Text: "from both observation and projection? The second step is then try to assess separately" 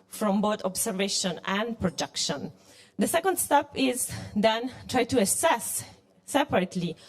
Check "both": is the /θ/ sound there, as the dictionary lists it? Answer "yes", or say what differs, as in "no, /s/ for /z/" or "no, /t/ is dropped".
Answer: no, /t/ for /θ/